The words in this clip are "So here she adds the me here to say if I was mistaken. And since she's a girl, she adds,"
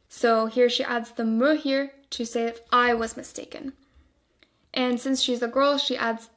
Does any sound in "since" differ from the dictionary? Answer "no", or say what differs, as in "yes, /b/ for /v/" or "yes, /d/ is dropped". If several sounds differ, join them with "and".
no